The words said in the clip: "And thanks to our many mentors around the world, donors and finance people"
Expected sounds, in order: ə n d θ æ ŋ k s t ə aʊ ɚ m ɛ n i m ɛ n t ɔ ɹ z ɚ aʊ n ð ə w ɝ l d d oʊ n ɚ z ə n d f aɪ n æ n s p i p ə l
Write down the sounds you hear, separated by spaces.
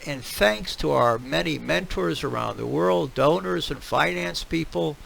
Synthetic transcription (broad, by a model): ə n θ æ ŋ k s t ə aʊ ɚ m ɛ n i m ɛ n t ɔ ɹ z ɚ aʊ n ð ə w ɝ l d d oʊ n ɚ z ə n f aɪ n æ n s p i p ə l